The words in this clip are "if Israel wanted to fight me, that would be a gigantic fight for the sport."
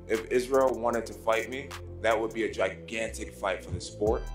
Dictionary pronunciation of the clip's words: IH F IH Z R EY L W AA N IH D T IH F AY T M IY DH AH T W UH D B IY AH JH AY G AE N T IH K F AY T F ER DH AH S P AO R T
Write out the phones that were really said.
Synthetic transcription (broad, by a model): IH F IH Z R EY L W AA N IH D T IH F AY T M IY DH AH T W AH D B IY AH JH AY G AE N T IH K F AY T F ER DH AH S P AO R T